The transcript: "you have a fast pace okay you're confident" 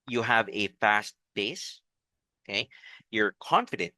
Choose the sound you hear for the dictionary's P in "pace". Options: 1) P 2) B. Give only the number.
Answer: 2